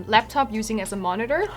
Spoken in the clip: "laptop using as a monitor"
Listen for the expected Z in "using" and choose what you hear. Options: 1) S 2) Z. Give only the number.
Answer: 2